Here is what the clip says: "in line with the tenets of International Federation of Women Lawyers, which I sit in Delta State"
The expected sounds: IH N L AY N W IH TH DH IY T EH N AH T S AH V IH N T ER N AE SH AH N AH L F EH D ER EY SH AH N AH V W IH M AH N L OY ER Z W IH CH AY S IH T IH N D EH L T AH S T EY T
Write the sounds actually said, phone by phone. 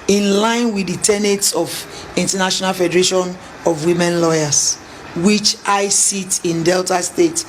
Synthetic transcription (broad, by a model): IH N L AY N W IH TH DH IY T EH N AH T S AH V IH N T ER N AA SH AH N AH L F EH D ER EY SH AH N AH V W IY M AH N L OY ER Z W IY CH AY S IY T IH N D EH L T AH S T EY T